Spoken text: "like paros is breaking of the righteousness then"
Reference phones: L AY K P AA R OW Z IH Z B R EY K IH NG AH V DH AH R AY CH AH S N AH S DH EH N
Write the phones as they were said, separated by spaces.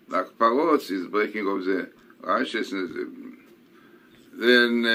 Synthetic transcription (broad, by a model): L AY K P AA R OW S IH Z B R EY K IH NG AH F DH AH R AY SH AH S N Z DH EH N